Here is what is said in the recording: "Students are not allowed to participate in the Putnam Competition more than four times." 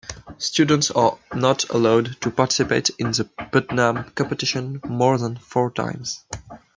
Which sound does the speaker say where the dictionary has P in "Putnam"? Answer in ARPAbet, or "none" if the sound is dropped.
B